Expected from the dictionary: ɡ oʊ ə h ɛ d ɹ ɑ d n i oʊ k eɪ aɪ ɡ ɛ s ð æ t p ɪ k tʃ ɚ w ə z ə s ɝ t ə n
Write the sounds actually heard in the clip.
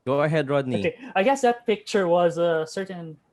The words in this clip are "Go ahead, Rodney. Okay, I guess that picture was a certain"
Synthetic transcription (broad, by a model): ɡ oʊ ə h ɛ d ɹ ɑ d n i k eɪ aɪ ɡ ɛ s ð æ t p ɪ k tʃ ɚ w ə z ə s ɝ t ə n